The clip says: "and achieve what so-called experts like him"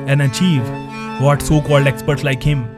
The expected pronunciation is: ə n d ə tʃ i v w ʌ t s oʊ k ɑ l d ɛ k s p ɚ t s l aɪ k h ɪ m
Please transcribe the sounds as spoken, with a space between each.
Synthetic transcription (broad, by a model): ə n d ə tʃ i v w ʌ t s oʊ k ɑ l d ɛ k s p ɚ t s l aɪ k h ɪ m